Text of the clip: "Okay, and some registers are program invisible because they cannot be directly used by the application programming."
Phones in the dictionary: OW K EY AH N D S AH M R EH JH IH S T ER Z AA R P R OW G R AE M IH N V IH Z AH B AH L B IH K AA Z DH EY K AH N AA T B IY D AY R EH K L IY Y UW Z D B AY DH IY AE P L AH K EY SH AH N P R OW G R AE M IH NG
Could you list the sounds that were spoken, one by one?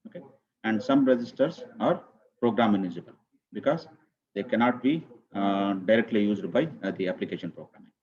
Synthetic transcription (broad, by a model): OW K EY AH N D S AH M R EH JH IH S T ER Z AA R P R OW G R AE M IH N IH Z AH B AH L B IH K AA Z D EY K AH N AA T B IY D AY R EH K L IY Y UW Z D B AY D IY AE P L AH K EY SH AH N P R OW G R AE M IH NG